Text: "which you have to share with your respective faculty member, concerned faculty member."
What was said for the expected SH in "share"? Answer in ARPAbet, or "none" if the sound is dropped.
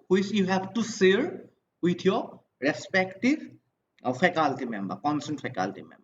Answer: S